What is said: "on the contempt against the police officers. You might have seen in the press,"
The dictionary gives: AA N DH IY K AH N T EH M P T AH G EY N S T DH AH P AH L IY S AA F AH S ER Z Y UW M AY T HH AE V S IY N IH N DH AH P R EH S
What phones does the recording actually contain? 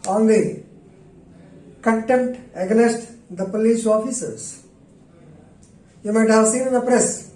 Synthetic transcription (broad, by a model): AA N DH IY K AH N T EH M T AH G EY S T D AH P AH L IY S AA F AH S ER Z Y UW M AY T HH AE V S IY N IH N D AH P R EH S